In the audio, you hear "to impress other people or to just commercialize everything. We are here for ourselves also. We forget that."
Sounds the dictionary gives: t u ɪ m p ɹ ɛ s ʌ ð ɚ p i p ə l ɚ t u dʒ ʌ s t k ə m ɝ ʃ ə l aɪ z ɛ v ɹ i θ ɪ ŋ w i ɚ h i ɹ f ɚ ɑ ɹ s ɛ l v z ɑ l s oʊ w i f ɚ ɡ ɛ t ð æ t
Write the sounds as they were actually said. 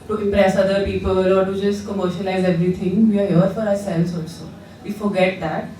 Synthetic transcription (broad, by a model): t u ɪ m p ɹ ɛ s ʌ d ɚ p i p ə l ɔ t u dʒ ʌ s t k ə m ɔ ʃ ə n aɪ z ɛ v ɹ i t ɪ ŋ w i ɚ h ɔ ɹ f ɚ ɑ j s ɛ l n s ɑ l s oʊ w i f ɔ ɡ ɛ t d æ t